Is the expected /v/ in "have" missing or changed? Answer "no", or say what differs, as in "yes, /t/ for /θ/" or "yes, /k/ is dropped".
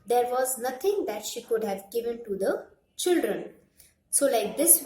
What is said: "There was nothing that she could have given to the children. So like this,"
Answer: no